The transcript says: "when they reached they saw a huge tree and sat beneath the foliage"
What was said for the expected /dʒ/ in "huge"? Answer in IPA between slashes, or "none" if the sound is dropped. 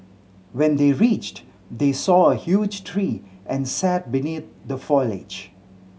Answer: /dʒ/